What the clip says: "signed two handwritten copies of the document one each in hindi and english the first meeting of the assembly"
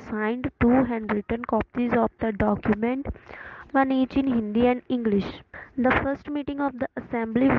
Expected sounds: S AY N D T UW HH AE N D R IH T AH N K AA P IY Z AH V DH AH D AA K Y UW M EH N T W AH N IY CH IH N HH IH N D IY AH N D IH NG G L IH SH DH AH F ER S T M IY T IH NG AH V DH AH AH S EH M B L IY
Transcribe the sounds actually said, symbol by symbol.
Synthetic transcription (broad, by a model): S AY N D T UW HH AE N D R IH T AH N K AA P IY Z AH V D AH D AA K Y UW M EH N T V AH N IY CH IH N HH IH N D IY AH N D IH NG G L IH SH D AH F ER S T M IY T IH NG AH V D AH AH S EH M B L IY